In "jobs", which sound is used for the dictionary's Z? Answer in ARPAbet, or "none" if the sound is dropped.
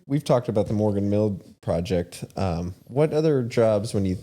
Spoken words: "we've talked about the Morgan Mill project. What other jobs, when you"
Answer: Z